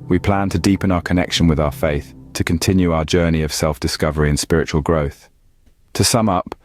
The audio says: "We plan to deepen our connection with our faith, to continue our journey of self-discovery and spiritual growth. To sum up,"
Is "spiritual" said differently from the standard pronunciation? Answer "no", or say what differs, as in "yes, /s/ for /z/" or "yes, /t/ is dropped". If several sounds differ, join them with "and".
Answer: no